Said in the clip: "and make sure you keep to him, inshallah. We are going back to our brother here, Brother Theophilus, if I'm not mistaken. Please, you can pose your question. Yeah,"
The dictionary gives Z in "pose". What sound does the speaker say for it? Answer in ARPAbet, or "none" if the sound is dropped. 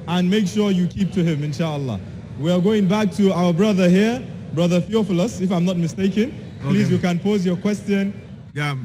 Z